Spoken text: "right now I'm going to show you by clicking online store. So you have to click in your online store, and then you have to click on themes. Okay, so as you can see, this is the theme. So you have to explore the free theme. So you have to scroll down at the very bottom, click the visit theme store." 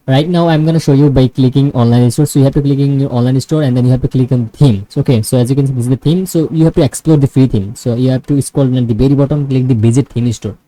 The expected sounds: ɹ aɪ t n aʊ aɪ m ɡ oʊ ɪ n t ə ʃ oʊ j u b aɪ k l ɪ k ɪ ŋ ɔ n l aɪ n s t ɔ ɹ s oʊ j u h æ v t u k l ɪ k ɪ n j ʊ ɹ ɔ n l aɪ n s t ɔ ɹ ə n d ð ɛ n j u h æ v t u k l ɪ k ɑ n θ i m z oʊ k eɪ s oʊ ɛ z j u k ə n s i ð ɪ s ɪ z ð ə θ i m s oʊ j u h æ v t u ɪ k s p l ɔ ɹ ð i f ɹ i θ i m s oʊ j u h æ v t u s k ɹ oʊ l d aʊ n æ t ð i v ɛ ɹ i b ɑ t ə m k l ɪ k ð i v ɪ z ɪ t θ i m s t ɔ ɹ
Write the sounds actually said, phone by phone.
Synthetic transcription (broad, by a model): ɹ aɪ t n aʊ aɪ m ɡ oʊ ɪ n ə ʃ oʊ j u b aɪ k l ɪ k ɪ ŋ ɔ n l aɪ n s t ɔ ɹ s oʊ j u h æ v t u k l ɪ k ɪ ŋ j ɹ ɔ n l aɪ n s t ɔ ɹ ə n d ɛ n j u h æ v t u k l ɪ k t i m oʊ k eɪ s oʊ ɛ z j u k ə n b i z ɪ ɪ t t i m s oʊ j u h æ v t u ɪ k s p l ɔ ɹ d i f ɹ i t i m s oʊ j u h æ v t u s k oʊ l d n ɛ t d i b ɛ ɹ i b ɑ t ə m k l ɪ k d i b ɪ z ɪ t t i m s t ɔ ɹ